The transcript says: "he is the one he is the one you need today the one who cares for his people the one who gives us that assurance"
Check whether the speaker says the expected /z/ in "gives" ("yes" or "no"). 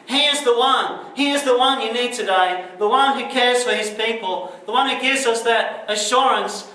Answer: yes